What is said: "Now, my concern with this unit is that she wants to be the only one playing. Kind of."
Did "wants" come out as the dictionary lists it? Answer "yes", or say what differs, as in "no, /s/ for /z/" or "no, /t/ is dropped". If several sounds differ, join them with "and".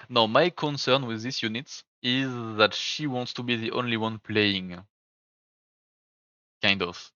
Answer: yes